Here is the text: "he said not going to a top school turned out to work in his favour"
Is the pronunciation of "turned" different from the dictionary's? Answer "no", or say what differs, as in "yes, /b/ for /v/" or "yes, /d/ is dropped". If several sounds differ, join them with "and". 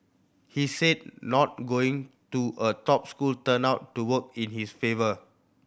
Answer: yes, /d/ is dropped